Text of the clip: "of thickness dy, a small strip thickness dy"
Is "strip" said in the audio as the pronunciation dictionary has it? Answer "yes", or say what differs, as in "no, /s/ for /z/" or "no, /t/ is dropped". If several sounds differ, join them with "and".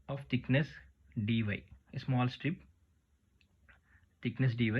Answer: yes